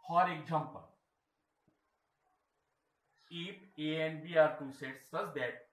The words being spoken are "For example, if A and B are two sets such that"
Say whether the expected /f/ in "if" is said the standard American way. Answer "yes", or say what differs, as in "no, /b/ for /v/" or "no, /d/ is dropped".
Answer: no, /p/ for /f/